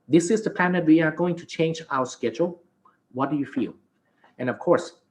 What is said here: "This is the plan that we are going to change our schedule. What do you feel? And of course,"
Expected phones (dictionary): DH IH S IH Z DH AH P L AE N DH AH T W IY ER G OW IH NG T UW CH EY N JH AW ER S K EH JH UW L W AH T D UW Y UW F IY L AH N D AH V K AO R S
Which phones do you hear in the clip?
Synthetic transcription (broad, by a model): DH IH S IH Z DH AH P AE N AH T W IY ER G OW IH NG T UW CH EY N JH AW ER S K EH JH UW L W AH T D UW Y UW F IY L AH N AH V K AO R S